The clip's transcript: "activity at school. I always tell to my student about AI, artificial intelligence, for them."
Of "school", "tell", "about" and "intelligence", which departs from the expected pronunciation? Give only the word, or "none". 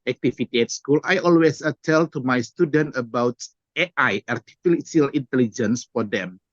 none